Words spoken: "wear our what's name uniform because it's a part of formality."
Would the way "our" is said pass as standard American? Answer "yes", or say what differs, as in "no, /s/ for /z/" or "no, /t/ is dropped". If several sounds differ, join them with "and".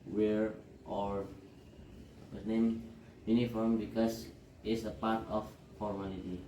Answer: yes